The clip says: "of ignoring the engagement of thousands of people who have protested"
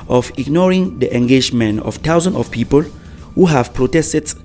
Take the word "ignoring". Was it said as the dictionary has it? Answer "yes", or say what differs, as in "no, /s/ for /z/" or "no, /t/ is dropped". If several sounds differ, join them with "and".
yes